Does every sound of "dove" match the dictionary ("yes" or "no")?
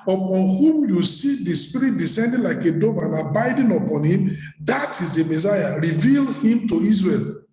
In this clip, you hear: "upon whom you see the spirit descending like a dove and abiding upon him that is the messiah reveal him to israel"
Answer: yes